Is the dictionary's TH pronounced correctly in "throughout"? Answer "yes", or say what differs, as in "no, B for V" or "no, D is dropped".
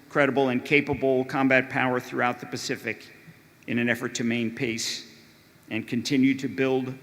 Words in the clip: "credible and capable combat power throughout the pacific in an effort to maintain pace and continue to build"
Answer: yes